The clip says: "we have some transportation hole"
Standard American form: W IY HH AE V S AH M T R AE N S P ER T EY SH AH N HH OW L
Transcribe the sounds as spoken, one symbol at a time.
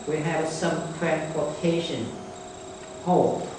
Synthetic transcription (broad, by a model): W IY HH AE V S AH M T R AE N P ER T EY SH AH N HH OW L